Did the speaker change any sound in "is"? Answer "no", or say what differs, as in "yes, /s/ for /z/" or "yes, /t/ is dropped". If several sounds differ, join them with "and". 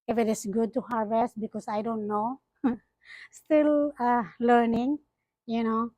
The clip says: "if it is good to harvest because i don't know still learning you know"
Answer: yes, /s/ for /z/